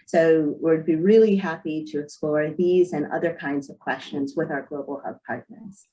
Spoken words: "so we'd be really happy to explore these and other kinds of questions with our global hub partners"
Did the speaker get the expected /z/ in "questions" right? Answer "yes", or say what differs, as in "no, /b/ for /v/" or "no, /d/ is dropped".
yes